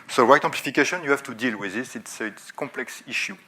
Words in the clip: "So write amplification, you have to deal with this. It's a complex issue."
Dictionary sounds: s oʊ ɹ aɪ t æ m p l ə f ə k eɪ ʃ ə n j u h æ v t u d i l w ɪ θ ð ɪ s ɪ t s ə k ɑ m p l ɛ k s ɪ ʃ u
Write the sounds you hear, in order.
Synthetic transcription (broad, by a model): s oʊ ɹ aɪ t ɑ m p l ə f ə k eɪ ʃ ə n j u h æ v t u d i l w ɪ ð ɪ s ɪ t s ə k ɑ p l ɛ k s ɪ ʃ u